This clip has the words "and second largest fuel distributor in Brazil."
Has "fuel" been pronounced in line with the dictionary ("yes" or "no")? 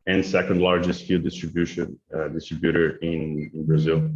no